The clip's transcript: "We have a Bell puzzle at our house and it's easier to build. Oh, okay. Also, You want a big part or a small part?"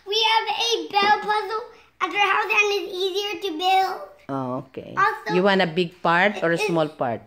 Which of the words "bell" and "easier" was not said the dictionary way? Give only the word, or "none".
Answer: none